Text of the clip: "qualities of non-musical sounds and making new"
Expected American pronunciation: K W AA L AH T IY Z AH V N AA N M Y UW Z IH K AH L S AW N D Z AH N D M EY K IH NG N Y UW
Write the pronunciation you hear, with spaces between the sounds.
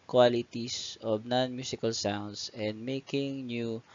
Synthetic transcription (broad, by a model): K W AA L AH T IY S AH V N AA N M Y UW S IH K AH L S AW N D S AH N D M EY K IH NG N Y UW